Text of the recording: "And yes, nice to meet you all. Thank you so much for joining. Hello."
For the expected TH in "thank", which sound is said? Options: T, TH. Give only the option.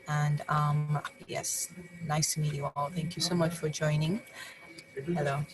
TH